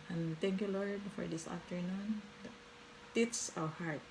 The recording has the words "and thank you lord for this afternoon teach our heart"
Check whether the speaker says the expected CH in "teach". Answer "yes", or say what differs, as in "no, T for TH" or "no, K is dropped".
no, S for CH